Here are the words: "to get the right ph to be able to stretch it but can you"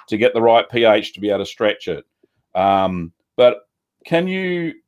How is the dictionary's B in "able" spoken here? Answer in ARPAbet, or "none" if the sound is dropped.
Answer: none